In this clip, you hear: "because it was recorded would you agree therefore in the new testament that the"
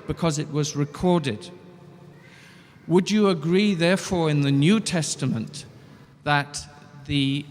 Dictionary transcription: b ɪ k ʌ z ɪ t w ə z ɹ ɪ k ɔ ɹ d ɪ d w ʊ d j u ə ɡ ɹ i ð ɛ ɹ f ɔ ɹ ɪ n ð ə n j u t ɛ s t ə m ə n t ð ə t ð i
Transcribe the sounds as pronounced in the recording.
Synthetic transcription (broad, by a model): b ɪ k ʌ z ɪ t w ə z ɹ ɪ k ɔ ɹ d ɪ d w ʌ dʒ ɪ ə ɡ ɹ i ð ɛ ɹ f ɔ ɹ ɪ n ð ə n j u t ɛ s t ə m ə n ð ə t ð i